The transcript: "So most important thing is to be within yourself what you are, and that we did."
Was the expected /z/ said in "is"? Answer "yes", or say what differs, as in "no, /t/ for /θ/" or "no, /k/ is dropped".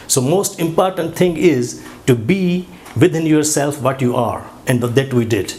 yes